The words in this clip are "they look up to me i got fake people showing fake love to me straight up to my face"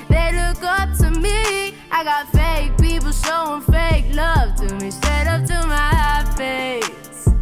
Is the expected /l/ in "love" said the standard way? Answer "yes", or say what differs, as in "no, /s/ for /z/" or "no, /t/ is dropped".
yes